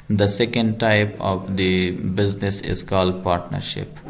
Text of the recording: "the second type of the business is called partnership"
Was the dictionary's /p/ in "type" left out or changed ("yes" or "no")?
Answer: no